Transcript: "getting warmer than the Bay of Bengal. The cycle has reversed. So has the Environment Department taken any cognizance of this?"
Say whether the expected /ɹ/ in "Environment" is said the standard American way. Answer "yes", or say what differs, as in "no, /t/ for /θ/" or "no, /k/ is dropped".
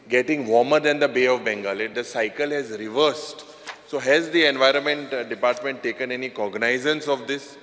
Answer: yes